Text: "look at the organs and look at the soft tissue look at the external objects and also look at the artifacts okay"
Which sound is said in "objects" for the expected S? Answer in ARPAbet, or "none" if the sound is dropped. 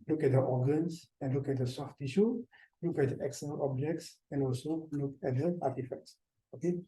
S